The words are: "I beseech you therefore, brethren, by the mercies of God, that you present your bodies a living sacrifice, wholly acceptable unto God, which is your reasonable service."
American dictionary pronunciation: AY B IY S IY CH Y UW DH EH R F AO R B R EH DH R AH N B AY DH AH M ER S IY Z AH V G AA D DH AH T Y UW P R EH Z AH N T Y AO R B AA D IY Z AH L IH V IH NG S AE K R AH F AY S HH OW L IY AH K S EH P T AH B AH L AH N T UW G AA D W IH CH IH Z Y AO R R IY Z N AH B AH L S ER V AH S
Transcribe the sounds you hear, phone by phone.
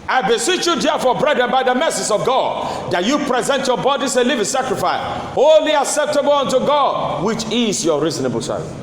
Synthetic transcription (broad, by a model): AY B IY S IY CH Y UW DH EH F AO B R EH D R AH N B AY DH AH M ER S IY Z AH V G AA D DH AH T Y UW P R EH Z AH N T Y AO B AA D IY S AH L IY V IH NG S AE K R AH F AY S HH OW L IY AH K S EH P T AH B AH L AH N T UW G AA D W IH CH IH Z Y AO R R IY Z N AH B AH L S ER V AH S